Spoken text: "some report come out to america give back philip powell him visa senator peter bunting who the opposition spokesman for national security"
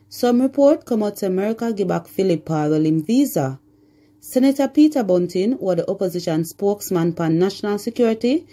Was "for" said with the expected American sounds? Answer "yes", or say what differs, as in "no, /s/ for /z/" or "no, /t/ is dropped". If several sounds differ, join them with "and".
no, /p/ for /f/